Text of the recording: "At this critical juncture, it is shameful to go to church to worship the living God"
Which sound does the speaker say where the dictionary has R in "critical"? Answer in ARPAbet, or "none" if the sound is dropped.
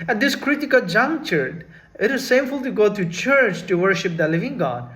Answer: R